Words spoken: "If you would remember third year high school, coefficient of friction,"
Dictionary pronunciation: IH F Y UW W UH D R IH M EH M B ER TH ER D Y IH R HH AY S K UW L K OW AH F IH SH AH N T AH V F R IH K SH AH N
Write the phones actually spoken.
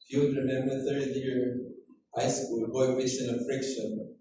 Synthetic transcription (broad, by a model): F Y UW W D R IH M EH M B ER TH ER D Y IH R HH AY S K UW L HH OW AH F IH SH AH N AH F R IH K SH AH N